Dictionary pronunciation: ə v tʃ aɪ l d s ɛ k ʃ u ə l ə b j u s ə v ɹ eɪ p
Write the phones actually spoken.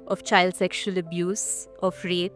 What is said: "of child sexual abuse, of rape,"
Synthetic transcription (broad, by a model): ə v tʃ aɪ l d s ɛ k ʃ u ə l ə b j u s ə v ɹ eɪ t